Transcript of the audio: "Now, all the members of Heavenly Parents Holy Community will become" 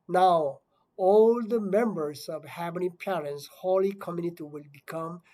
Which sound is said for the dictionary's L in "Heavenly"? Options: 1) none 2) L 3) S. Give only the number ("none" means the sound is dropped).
1